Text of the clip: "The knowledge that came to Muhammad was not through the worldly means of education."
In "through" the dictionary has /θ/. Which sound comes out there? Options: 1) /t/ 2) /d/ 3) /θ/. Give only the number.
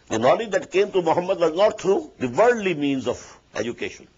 1